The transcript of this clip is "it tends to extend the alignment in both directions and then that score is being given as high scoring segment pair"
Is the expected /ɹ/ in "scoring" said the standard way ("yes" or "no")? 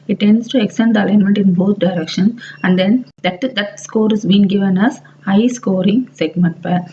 yes